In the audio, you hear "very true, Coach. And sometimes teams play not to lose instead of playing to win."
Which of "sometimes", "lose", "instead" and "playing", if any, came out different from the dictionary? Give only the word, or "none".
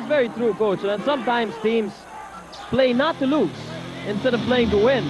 lose